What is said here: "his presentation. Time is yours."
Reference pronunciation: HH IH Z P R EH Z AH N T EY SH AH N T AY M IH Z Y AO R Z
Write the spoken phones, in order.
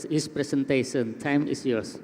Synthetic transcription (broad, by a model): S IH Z P R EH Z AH N T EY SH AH N T AY M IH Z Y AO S